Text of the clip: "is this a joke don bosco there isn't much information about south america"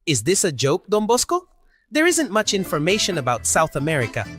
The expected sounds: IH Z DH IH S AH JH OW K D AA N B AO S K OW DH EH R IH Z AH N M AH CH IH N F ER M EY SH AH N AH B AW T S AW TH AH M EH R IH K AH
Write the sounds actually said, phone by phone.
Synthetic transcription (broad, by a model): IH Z DH IH S AH JH OW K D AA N B AO S K OW DH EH R IH Z AH N M AH CH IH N F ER M EY SH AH N AH B AW T S AW TH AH M EH R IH K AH